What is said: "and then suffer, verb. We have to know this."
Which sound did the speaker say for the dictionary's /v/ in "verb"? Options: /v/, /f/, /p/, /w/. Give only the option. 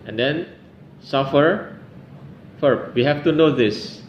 /f/